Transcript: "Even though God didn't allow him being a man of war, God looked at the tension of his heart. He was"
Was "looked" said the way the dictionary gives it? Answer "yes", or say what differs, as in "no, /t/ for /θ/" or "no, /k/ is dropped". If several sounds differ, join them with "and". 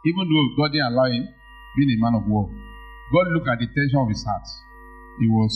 no, /t/ is dropped